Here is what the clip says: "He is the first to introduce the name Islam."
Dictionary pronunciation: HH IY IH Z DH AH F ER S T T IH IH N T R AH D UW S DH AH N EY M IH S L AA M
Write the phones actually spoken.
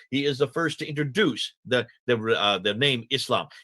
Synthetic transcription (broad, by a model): HH IY IH Z DH AH F ER S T T IH IH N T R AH D UW S DH AH N EY M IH S L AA M